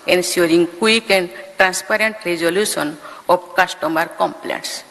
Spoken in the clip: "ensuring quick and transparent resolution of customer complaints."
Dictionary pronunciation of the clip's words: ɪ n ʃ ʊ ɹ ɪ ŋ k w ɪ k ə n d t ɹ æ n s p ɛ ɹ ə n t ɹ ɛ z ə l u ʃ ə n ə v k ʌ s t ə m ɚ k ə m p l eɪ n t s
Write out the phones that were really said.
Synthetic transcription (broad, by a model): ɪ n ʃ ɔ ɹ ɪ ŋ k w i k ə n d t ɹ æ n s p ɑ ɹ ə n t ɹ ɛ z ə l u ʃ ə n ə b k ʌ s t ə m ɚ k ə m p l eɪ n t s